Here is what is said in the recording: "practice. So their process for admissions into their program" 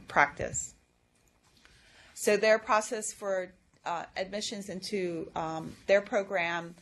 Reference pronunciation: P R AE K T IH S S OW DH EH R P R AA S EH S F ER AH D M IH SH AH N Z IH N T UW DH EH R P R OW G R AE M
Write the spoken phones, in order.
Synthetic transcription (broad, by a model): P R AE K T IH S S OW DH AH R P R AA S EH S F ER AH D M IH SH AH N Z IH N T UW DH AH R P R OW G R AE M